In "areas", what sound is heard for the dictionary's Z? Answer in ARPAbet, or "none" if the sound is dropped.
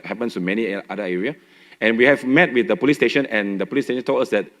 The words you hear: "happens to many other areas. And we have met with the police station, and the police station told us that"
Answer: none